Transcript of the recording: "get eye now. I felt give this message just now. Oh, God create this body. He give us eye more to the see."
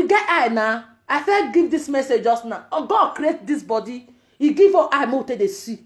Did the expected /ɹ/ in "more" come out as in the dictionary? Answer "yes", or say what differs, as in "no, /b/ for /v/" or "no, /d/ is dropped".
no, /w/ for /ɹ/